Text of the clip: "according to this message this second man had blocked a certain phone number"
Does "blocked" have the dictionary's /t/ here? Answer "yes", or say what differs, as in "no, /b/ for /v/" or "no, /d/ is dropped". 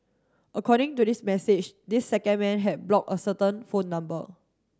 no, /t/ is dropped